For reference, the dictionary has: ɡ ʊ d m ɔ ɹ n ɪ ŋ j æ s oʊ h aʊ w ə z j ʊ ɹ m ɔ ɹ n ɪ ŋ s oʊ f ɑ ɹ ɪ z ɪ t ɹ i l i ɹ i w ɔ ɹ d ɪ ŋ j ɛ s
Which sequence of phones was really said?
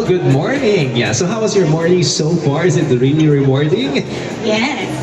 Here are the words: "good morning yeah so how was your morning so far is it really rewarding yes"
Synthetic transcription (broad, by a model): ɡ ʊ d m ɔ ɹ n ɪ ŋ j æ s oʊ h aʊ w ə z j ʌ ɹ m ɔ ɹ n ɪ ŋ s oʊ f ɑ ɹ ɪ z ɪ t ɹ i n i ɹ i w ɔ ɹ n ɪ ŋ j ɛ